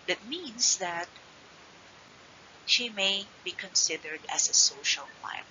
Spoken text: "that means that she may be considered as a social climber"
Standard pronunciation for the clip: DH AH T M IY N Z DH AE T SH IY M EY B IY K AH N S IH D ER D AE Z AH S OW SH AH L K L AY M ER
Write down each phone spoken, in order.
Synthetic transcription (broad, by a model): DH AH T M IY N S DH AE T SH IY M EY B IY K AH N S IH D ER D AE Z AH S OW SH AH L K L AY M